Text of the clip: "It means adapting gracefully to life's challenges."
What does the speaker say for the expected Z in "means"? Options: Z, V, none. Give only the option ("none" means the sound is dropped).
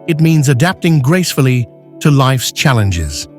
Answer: Z